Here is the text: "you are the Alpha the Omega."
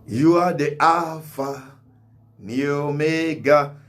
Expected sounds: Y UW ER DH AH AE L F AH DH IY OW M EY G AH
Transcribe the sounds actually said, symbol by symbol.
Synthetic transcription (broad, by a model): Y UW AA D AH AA F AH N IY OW M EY G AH